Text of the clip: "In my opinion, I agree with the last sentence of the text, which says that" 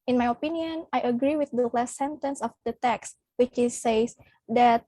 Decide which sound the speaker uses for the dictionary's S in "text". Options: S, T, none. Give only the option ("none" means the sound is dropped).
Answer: S